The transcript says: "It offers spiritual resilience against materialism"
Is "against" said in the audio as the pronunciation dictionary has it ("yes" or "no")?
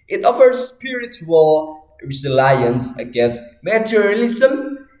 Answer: no